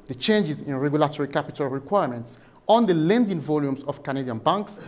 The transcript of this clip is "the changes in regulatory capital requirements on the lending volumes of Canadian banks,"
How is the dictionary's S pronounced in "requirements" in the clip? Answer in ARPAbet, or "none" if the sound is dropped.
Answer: S